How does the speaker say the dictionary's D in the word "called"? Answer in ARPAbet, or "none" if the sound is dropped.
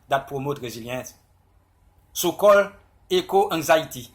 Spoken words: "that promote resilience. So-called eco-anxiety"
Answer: none